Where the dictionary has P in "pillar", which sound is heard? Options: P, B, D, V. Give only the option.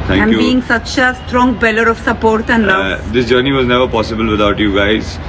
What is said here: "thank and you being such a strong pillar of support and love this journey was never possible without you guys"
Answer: B